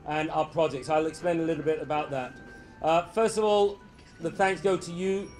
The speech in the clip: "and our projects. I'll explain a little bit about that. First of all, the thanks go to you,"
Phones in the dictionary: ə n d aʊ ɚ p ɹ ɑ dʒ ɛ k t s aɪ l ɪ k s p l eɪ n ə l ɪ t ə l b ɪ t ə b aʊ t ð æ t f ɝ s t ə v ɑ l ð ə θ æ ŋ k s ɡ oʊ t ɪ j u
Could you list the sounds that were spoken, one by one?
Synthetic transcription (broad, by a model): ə n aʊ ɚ p ɹ ɑ dʒ ɛ k t s aɪ l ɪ k s p l eɪ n ə l ɪ t l b ɪ t ə b aʊ t ð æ t f ɝ s t ə v ɑ l ð ə θ æ ŋ k s ɡ oʊ t ɪ j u